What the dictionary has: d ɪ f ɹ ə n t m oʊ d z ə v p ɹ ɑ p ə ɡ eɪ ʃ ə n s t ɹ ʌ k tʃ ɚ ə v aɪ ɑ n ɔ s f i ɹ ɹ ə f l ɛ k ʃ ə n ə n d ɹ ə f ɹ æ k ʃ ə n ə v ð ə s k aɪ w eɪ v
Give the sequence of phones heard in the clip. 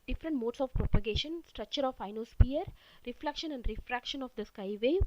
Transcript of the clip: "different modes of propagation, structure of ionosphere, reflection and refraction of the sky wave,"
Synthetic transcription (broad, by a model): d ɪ f ɹ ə n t m oʊ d s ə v p ɹ ɑ p ə ɡ eɪ ʃ ə n s t ɹ ʌ k tʃ ɚ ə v aɪ n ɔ s p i ɹ ɹ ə f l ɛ k ʃ ə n ə n d ɹ ə f ɹ æ k ʃ ə n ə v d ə s k aɪ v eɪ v